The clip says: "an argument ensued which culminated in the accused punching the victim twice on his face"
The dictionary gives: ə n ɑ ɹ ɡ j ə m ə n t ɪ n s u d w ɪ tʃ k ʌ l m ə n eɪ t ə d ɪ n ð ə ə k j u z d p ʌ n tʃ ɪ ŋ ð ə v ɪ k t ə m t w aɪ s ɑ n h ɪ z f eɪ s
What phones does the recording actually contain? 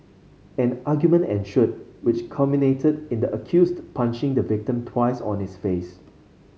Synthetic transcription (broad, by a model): ə n ɑ ɡ j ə m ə n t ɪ n ʃ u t w ɪ tʃ k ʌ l m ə n eɪ t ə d ɪ n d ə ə k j u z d p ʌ n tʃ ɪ ŋ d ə v ɪ k t ə m t w aɪ s ɑ n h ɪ s f eɪ s